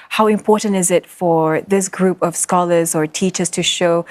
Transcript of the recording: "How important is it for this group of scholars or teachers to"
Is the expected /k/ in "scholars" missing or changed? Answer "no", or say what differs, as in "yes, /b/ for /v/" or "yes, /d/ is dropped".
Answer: no